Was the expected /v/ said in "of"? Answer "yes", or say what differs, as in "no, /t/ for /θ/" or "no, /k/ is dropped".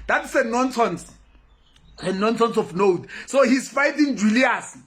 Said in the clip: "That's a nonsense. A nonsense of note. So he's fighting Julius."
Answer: no, /f/ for /v/